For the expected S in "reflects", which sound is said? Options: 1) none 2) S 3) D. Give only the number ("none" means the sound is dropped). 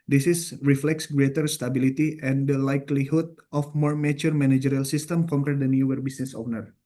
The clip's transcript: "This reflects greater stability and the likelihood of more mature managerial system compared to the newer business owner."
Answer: 2